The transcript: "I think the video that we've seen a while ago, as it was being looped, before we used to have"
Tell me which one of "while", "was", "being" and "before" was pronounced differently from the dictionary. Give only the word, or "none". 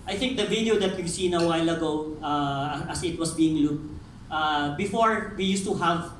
was